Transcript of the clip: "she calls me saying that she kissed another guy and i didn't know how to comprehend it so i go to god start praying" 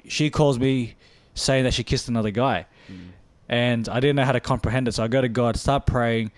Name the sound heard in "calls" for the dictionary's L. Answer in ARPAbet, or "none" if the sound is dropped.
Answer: L